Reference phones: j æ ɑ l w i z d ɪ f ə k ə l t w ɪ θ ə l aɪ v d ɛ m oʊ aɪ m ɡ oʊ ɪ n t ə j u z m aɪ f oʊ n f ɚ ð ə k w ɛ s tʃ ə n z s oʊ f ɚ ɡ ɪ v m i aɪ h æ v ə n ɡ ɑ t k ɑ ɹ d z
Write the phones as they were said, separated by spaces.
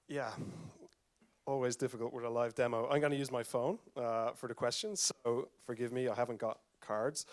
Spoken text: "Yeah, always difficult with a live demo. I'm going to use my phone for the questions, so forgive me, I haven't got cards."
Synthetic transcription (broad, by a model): j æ ɑ l w i z d ɪ f ə k ə l t w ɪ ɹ ə l aɪ v d ɛ m oʊ aɪ m ɡ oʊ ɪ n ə j u z m aɪ f oʊ n f ɚ ð ə k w ɛ s tʃ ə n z s oʊ f ɚ ɡ ɪ v m i aɪ h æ v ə n ɡ ɑ t k ɑ ɹ d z